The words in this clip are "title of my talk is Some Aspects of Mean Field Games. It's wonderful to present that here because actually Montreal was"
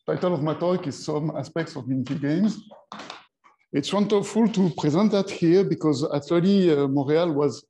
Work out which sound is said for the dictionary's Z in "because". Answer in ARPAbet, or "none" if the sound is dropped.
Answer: Z